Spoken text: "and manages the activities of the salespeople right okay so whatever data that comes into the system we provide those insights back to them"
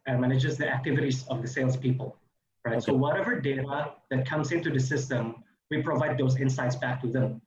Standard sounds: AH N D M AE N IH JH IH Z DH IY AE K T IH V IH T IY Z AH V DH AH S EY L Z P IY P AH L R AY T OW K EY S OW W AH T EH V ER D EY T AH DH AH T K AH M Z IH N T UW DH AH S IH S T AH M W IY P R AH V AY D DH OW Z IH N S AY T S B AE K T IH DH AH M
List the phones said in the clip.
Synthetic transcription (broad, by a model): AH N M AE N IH JH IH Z DH IY AE K T IH V IH T IY Z AH V DH AH S EY L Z P IY P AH L R AY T S OW W AH T EH V ER D EY T AH DH AH T K AH M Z IH N T UW DH AH S IH S T AH M W IY P R AH V AY D DH OW Z IH N S AY T S B AE K T IH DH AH M